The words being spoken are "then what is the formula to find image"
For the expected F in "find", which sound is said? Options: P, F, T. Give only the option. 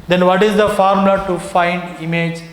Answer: F